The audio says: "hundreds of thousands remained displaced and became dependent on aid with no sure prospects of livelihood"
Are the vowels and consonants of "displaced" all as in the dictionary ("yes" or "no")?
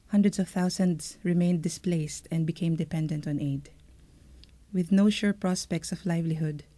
yes